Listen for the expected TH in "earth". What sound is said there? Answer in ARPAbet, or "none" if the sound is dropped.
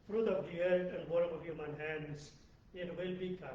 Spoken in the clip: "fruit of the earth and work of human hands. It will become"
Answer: T